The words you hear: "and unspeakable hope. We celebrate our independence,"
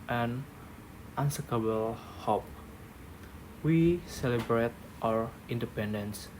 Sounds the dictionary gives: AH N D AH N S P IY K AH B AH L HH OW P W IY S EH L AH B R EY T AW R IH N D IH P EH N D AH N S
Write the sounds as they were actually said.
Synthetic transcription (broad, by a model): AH N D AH N S EH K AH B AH L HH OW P W IY S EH L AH B R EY T AW R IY N D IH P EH N D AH N S